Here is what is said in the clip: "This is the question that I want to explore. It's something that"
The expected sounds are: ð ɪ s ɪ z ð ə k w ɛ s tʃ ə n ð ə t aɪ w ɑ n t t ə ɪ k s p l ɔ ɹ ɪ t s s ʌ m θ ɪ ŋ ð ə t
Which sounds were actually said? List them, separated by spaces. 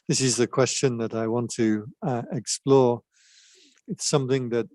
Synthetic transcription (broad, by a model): ð ɪ s ɪ z ð ə k w ɛ s tʃ ə n ð ə t aɪ w ɑ n t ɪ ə ɪ k s p l ɔ ɹ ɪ t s s ʌ m θ ɪ ŋ ð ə t